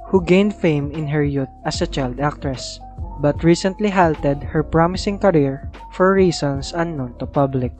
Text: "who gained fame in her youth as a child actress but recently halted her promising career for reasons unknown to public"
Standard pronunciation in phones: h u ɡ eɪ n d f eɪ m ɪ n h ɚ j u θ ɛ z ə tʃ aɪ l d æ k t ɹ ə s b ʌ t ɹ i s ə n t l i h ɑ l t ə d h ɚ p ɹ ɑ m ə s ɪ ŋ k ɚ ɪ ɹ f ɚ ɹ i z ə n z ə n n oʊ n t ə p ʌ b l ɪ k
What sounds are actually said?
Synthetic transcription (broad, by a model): h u ɡ eɪ n d f eɪ m ɪ n h ɚ j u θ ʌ s ə tʃ aɪ l d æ k t ɹ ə s b ʌ t ɹ i s ə n t l i h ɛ l t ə d h ɚ p ɹ ɑ m ə s ɪ ŋ k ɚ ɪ ɹ f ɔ ɹ i s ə n s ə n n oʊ n t ə p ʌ b l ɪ k